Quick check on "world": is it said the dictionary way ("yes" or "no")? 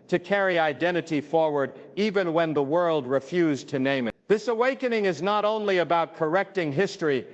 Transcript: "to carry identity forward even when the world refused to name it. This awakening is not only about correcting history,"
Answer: yes